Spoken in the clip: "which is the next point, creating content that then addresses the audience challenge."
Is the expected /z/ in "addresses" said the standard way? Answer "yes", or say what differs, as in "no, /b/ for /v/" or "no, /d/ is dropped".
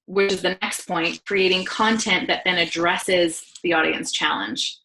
yes